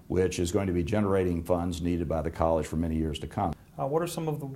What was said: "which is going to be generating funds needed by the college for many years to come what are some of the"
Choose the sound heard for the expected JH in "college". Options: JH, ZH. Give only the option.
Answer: ZH